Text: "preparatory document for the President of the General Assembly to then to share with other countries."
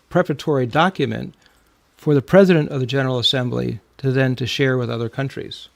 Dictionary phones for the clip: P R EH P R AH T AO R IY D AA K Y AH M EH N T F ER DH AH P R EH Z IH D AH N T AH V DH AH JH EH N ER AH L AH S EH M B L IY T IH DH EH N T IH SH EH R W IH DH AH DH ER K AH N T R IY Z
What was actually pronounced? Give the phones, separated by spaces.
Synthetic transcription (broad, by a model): P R EH P R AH T AO R IY D AA K Y AH M EH N T F ER DH AH P R EH Z IH D AH N T AH V DH AH JH EH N ER L AH S EH M B L IY T IH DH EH N T IH SH EH R W IH DH AH DH ER K AH N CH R IY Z